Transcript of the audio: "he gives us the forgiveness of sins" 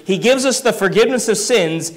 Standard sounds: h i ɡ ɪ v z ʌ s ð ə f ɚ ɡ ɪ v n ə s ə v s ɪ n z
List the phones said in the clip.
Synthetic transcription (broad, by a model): h i ɡ ɪ v z ʌ s ð ə f ɚ ɡ ɪ v n ə s ə v s ɪ n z